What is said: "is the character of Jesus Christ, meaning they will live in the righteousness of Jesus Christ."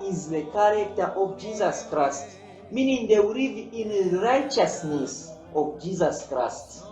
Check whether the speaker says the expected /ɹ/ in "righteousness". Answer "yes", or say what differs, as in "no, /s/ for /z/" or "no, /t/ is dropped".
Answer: yes